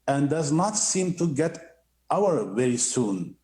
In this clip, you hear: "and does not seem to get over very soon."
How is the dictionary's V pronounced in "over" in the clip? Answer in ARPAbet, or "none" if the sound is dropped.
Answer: W